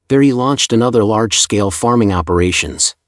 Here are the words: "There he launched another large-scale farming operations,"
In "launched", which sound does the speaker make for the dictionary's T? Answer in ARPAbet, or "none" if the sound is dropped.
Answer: T